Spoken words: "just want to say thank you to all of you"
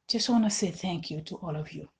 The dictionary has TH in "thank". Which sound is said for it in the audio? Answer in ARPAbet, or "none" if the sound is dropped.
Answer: TH